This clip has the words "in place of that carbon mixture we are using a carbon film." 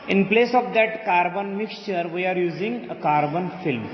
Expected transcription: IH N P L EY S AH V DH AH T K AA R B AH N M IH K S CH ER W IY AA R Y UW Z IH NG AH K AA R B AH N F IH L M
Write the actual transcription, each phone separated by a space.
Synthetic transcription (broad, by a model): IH N P L EY S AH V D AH T K AA R B AH N M IH K S CH ER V IY AA R Y UW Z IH NG AH K AA R B AH N F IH L M